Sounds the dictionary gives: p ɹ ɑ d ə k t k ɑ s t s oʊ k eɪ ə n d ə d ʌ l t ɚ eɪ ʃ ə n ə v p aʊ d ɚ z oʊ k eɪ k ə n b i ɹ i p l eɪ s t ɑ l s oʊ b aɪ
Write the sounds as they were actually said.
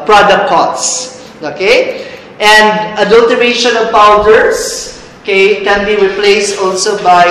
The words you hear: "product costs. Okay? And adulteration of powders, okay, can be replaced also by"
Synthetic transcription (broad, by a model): p ɹ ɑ d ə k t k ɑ t s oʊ k eɪ ə n d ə d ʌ l t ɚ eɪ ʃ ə n ə v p aʊ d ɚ s oʊ k eɪ k ə n b i ɹ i p l eɪ s t ɑ l s oʊ b aɪ